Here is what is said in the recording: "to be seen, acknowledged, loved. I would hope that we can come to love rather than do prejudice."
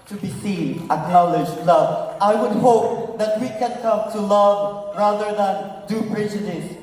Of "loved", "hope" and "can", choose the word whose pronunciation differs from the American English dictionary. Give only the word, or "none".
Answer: loved